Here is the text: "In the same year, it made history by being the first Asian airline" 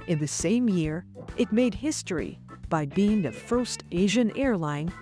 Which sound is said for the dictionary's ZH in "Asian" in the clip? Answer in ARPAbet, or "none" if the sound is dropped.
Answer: ZH